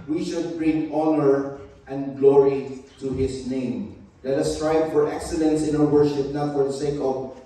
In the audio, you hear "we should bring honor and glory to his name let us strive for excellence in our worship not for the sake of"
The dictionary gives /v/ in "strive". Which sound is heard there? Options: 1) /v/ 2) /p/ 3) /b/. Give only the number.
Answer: 3